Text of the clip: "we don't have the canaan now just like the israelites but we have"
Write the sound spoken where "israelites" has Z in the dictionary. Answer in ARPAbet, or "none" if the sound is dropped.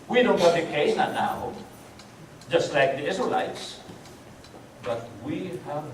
S